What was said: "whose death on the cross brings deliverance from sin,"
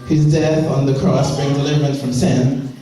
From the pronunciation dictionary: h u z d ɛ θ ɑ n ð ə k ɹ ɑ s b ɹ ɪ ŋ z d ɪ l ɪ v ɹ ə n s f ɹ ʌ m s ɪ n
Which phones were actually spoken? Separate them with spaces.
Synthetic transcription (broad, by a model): h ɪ z d ɛ θ n ð ə k ɹ ɑ s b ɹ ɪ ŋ d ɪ l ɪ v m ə n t f ɹ ʌ m s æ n